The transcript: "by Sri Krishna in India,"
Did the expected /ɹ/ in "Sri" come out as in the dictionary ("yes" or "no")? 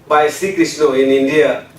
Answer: no